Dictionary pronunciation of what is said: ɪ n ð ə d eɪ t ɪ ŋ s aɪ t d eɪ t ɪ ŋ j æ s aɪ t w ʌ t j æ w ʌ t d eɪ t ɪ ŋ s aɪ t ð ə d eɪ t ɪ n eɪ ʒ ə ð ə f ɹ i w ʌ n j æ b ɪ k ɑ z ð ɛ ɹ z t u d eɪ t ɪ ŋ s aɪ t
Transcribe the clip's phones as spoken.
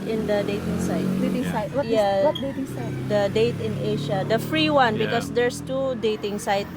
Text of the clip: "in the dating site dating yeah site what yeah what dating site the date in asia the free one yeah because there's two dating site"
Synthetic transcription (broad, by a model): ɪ n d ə d eɪ t ɪ ŋ s aɪ t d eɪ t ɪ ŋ s aɪ t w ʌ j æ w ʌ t d eɪ t ɪ ŋ s aɪ t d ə d eɪ t ɪ n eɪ ʃ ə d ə f ɹ i w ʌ n b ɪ k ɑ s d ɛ ɹ s t u d eɪ t ɪ ŋ s aɪ t